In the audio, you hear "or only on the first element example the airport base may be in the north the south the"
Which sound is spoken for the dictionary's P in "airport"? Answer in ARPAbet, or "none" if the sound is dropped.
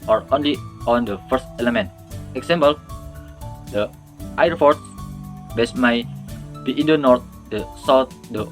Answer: F